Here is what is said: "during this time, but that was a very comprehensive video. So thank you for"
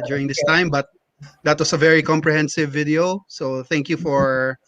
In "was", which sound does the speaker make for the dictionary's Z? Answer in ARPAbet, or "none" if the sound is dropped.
S